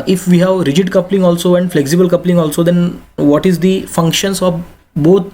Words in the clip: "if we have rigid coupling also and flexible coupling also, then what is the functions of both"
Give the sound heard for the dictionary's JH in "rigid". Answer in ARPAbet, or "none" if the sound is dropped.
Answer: JH